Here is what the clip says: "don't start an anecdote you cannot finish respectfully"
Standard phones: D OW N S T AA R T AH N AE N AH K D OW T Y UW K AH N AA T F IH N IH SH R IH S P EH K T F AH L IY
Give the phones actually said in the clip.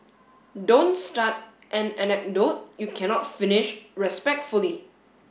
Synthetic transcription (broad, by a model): D OW N S T AA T T AH N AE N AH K D OW T Y UW K AH N AA T F IH N IH SH R IH S P EH K T F AH L IY